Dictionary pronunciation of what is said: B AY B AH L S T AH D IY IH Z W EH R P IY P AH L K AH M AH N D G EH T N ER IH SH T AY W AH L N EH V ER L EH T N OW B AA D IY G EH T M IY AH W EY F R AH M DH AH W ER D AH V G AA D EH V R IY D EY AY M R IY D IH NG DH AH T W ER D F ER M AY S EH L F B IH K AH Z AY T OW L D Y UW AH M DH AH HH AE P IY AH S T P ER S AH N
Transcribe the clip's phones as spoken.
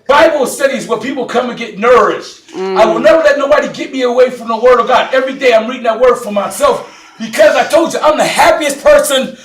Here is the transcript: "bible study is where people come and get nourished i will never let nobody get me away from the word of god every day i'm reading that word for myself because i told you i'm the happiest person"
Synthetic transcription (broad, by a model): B AY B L S T AH D IY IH Z W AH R P IY P L K AH M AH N G EH T N ER IH SH T AY W AH L N EH V ER L EH T N OW B AA D IY G EH T M IY AH W EY F R AH M DH AH W ER D AH V G AA D EH V R IY D EY AY M R IY D IH NG DH AH T W ER D F ER M AY S EH L F B IH K AH Z AY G OW D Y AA AH M DH AH HH AE P IY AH S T P ER S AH N